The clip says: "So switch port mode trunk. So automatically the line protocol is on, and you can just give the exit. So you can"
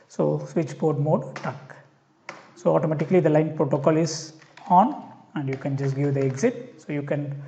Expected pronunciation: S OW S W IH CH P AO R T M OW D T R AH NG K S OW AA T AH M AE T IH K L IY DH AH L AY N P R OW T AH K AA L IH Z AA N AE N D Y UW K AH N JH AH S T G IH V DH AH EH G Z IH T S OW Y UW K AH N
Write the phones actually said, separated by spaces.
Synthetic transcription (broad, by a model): S OW S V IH CH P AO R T M OW D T AH K S OW AA T AH M AE T IH K L IY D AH L AY N P R OW T AH K AA L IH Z AA N AE N D Y UW K AH N JH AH S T G IH V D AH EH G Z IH T S OW Y UW K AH N